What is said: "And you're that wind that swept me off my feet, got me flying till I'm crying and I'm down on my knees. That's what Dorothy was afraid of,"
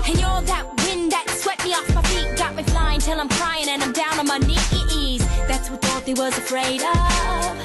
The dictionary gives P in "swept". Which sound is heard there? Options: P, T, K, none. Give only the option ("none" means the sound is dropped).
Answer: none